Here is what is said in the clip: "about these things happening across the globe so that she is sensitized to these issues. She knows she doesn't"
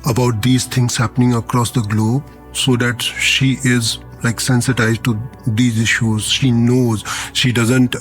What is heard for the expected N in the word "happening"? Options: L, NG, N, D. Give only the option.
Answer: N